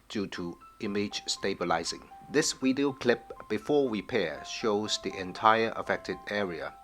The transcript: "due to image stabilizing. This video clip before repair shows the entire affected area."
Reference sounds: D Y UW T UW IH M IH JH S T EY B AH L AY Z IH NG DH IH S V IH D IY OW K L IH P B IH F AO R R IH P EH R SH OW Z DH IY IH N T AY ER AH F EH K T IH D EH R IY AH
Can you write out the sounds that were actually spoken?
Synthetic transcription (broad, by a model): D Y UW T UW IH M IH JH S T EY B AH L AY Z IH NG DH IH S W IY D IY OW K L IH P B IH F AO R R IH P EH SH OW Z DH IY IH N T AY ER AH F EH K T IH D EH R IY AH